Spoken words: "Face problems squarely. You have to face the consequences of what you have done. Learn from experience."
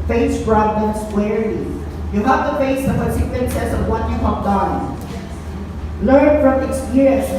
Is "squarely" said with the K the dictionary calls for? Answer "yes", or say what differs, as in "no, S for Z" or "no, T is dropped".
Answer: no, K is dropped